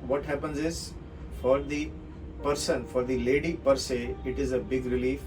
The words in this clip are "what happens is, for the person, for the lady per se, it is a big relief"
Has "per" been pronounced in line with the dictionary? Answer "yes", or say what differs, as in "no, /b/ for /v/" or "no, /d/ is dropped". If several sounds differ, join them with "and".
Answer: yes